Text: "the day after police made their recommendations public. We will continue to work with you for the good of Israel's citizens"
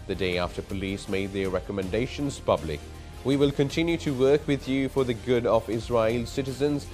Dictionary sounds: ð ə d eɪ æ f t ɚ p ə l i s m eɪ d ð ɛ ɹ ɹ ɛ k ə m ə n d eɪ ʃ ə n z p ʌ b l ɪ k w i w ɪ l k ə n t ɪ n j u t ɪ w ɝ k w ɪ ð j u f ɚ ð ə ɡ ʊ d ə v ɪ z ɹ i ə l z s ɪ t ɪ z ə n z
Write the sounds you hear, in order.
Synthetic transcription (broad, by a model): ð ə d eɪ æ f t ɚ p ə l i s m eɪ d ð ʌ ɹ ɹ ɛ k ə m ə n d eɪ ʃ ə n z p ʌ b l ɪ k w i w ɪ l k ə n t ɪ n j u t ɪ w ɝ k w ɪ ð j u f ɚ ð ə ɡ ʊ d ə v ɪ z ɹ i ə l s ɪ t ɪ z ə n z